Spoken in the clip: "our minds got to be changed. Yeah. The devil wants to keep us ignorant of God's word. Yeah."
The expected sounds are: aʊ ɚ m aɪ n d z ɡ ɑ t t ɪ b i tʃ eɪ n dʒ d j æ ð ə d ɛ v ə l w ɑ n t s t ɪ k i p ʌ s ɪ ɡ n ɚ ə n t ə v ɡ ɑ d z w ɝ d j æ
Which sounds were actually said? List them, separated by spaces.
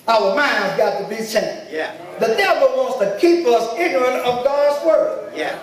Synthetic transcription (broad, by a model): aʊ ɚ m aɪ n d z ɡ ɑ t t ɪ b i s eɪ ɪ ð ə d ɛ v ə l w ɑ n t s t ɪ k i p ʌ s ɪ ɡ n ɚ ə n t ə v ɡ ɑ d z w ɝ d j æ